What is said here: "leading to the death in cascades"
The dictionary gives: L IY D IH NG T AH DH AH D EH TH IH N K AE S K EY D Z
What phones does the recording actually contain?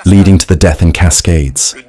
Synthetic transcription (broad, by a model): L IY D IH NG T AH DH AH D EH TH IH N K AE S K EY D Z